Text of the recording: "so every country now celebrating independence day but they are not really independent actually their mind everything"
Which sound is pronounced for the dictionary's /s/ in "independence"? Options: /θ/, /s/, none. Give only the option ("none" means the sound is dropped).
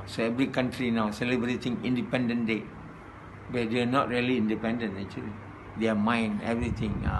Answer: none